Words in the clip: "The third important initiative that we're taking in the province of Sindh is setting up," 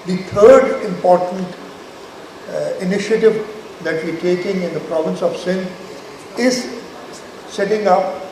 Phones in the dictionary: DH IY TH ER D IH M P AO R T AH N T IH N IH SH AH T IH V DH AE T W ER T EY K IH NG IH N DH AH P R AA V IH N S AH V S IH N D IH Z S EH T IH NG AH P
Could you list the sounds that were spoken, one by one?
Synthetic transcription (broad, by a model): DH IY T ER D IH M P AO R T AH N T IH N IH SH AH T IH V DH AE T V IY T EY K IH NG IH N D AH P R AA V IH N S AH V S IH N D IH Z S EH T IH NG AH P